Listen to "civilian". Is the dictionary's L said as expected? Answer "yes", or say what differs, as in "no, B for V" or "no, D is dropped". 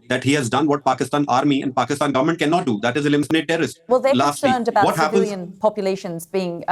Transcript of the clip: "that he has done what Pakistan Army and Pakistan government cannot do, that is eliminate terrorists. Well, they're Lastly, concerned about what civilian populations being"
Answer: no, N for L